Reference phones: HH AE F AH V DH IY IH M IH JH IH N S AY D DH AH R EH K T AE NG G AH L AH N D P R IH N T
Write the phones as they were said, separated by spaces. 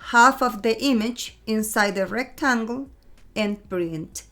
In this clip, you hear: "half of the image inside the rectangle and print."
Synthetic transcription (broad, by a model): HH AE F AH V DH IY IH M IH JH IH N S AY D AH R EH K T AE NG G AH L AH N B R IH N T